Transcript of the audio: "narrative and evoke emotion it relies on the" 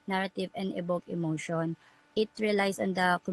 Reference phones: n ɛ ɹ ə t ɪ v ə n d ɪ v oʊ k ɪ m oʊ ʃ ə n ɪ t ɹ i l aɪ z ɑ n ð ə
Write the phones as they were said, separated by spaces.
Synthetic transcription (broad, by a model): n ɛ ɹ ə t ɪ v ə n d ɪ b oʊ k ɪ m oʊ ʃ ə n ɪ t ɹ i l aɪ s ɑ n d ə